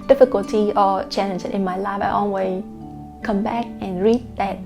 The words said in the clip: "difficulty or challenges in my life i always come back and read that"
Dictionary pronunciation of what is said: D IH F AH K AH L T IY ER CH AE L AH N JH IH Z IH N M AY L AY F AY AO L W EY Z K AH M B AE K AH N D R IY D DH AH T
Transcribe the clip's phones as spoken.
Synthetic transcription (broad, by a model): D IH F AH K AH L T IY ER CH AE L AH N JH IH IH N M AY L AY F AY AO N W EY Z K AH M B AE K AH N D R IY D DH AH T